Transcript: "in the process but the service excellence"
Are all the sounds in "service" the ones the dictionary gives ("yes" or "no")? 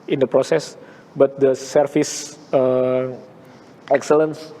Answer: no